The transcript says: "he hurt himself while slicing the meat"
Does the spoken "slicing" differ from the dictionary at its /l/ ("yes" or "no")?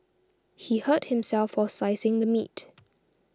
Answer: yes